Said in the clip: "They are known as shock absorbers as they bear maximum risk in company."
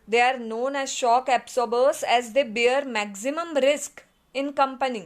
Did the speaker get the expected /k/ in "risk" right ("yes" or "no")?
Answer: yes